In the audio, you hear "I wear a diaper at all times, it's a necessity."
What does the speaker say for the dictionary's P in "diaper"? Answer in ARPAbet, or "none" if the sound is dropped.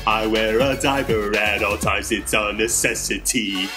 B